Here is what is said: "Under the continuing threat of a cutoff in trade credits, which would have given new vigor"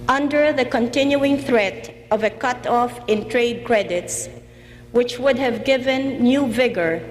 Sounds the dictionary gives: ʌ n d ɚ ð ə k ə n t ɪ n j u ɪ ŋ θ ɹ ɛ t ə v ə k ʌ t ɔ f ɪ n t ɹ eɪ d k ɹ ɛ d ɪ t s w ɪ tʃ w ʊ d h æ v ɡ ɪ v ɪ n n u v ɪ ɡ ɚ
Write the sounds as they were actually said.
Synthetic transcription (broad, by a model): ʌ n d ɚ ð ə k ə n t ɪ n j u ɪ ŋ θ ɹ ɛ t ə v ə k ʌ t ɔ f ɪ n t ɹ eɪ d k ɹ ɛ d ɪ t s w ɪ tʃ w ʊ d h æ v ɡ ɪ v ɪ n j u v ɪ ɡ ɚ